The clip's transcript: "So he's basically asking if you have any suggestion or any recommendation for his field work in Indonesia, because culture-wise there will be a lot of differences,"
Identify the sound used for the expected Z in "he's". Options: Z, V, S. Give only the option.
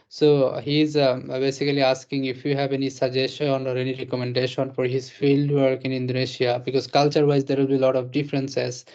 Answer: Z